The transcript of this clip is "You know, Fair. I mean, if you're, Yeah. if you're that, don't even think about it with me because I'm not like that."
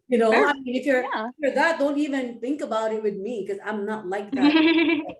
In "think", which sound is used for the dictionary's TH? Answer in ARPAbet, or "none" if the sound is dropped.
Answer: TH